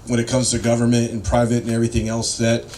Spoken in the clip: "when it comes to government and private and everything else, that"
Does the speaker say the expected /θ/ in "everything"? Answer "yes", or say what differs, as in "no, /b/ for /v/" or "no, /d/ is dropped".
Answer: yes